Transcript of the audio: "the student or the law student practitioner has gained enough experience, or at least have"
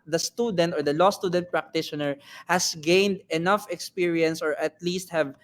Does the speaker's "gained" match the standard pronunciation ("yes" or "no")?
yes